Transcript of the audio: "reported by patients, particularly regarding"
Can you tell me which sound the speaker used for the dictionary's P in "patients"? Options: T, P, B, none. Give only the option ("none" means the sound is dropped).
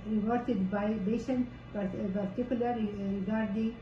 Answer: B